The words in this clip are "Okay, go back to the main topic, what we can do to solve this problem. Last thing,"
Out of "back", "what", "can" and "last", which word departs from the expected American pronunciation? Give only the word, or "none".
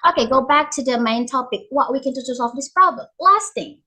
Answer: none